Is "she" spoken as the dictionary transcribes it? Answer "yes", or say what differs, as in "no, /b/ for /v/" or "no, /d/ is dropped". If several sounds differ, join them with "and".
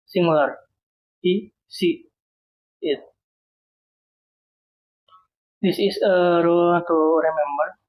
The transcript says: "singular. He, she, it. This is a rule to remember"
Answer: no, /s/ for /ʃ/